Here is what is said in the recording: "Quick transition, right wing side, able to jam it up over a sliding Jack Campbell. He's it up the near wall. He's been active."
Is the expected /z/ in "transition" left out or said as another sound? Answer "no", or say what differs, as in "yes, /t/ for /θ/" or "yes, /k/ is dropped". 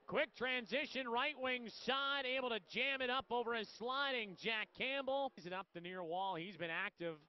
no